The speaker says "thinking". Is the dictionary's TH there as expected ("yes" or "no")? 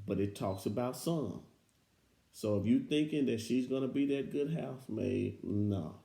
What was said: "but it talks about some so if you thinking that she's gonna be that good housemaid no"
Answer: yes